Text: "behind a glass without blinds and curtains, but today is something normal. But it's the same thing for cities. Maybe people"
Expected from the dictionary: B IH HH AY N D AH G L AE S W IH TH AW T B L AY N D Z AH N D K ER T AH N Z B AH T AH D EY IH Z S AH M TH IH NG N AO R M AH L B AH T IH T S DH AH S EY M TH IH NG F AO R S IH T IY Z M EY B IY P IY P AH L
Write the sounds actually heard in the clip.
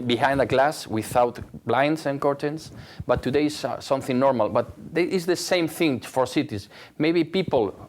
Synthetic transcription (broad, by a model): B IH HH AY N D AH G L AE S W IH TH AW T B L AY N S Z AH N K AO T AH N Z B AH T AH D EY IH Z S AH M TH IH NG N AO R M AH L B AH T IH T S DH AH S EY M TH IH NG F AO R S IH T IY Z M EY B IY P IY P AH L